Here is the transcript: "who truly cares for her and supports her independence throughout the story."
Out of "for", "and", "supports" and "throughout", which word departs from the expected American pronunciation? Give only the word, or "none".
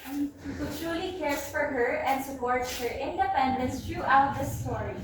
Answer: throughout